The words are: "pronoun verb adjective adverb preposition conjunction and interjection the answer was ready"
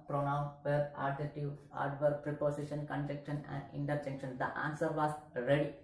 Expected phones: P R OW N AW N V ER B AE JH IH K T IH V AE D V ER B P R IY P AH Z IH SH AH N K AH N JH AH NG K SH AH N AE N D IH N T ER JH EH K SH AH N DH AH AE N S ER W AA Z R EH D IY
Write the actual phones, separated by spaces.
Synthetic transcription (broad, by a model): P R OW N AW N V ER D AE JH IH T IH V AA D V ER P R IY P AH S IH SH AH N K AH N JH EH K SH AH N AE N D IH N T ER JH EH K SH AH N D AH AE N S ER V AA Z R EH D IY